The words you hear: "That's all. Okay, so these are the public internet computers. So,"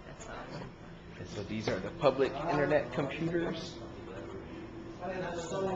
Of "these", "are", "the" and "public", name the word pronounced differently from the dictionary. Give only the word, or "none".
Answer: none